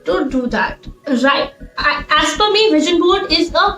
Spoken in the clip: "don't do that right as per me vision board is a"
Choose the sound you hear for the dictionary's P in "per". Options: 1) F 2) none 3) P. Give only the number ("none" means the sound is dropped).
1